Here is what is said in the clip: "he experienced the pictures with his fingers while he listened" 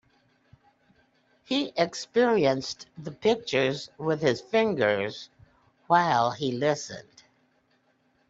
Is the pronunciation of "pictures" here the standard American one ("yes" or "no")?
yes